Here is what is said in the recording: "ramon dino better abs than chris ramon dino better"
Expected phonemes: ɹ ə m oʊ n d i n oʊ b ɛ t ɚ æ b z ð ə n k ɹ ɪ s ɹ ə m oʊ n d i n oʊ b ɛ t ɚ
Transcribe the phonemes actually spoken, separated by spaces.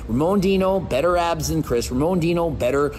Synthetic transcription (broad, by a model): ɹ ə m oʊ n d i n oʊ b ɛ t ɚ æ b z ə n k ɹ ɪ s ɹ ə m oʊ n d i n oʊ b ɛ t ɚ